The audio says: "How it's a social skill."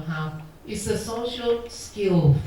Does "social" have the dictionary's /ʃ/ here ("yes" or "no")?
yes